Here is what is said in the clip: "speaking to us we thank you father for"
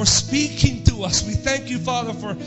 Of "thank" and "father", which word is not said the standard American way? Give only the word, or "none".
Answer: none